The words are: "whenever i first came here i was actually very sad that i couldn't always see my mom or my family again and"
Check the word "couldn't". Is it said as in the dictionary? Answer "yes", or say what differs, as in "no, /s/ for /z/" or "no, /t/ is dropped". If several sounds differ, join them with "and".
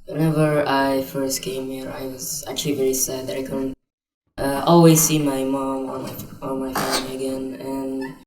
no, /n/ is dropped